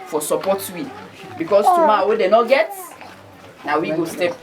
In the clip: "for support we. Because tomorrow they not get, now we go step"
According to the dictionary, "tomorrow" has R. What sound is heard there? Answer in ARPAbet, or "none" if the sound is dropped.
W